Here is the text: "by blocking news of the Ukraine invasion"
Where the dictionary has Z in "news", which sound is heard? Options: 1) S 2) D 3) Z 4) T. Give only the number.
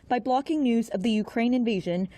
3